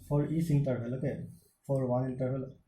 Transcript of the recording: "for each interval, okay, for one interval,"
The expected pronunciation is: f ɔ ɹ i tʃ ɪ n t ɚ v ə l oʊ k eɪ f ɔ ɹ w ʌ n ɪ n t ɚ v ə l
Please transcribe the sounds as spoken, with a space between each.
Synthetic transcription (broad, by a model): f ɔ ɹ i s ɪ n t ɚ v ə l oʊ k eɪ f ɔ ɹ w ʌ ɪ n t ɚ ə l